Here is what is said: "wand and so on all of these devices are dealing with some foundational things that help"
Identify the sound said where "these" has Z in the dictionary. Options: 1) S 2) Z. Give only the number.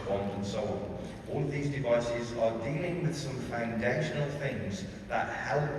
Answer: 2